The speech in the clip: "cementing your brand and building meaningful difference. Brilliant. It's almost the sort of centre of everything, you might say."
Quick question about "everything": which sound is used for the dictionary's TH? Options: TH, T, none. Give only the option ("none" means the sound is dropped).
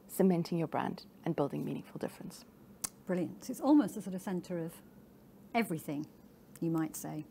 TH